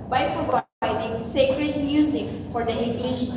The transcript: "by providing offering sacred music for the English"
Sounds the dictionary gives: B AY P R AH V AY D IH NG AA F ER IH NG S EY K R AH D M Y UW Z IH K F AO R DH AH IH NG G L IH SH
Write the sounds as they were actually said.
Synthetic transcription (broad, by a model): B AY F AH B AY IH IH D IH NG S EY K R AH D M Y UW Z IH K F AO R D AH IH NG G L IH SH